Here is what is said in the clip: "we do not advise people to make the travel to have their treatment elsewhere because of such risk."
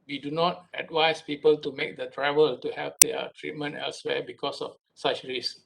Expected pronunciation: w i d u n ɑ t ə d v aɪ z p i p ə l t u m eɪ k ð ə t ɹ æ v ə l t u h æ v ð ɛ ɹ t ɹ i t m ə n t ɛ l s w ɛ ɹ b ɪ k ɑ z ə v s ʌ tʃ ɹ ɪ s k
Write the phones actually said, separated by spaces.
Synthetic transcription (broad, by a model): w i d u n ɑ t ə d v aɪ s p i p ə l t u m eɪ k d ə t ɹ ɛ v ə l t u h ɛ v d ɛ t ɹ i t m ə n t ɛ l s w ɛ b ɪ k ɑ s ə f s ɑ tʃ ɹ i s